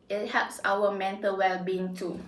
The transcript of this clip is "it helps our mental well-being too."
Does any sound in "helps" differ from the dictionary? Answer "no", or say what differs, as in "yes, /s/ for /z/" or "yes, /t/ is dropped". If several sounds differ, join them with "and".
yes, /l/ is dropped